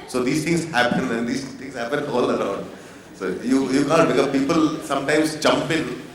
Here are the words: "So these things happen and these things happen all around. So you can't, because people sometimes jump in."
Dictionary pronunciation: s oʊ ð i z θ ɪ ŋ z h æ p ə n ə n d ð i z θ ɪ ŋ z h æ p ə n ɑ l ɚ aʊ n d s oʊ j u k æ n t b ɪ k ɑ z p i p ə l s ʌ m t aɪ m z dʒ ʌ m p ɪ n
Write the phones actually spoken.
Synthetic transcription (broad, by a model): s oʊ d i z t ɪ ŋ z h æ p ə n ə n d i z t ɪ ŋ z h æ p ə n ɑ l ɚ aʊ n d s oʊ j u k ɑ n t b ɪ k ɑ p i p ə l s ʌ m t aɪ m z dʒ ʌ m p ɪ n